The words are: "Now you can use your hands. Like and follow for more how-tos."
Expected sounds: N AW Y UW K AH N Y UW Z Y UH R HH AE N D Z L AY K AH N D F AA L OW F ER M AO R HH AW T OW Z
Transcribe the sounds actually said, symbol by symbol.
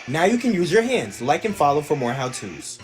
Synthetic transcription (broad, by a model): N AW Y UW K AH N Y UW Z Y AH R HH AE N D Z L AY K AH N F AA L OW F ER M AO R HH AW T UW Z